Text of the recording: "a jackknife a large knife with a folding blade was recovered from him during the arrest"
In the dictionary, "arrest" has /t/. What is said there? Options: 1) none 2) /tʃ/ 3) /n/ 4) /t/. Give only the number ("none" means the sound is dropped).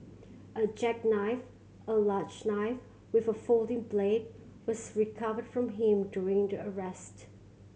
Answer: 4